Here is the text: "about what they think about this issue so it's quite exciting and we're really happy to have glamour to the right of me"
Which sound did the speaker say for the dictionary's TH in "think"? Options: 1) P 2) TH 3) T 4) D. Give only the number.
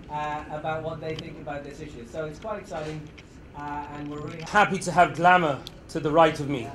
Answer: 2